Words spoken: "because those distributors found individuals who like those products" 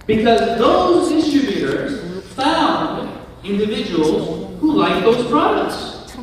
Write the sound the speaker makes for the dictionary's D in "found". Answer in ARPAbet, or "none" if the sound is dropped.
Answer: D